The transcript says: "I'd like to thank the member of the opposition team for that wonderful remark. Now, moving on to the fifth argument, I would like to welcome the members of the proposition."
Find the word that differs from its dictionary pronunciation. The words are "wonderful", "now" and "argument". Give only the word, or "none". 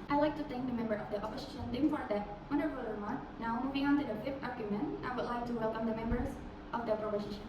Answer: wonderful